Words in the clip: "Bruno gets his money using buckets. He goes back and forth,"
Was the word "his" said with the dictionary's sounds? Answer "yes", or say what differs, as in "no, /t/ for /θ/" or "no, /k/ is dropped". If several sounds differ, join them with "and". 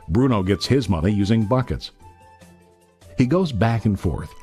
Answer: yes